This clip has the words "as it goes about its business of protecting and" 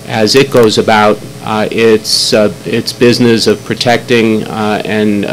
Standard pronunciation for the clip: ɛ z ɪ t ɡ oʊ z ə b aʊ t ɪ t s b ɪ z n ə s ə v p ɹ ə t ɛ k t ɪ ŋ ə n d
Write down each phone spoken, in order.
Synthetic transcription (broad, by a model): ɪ z ɪ t ɡ oʊ z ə b aʊ t ɪ t s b ɪ z n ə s ə v p ɹ ə t ɛ k t ɪ ŋ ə n